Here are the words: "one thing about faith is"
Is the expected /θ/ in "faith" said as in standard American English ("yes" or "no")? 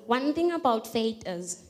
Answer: no